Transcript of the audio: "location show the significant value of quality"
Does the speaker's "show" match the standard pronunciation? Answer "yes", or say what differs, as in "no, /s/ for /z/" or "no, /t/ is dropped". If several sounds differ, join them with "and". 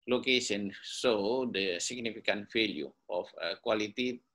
no, /s/ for /ʃ/